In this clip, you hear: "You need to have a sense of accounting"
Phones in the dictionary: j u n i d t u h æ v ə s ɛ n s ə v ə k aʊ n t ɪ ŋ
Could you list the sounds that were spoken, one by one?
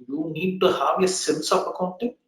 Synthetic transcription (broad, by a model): j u n i d t u h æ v ə s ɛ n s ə p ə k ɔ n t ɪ